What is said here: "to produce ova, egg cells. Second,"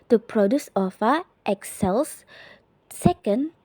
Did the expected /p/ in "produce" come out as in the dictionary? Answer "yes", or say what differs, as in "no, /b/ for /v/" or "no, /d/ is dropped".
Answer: yes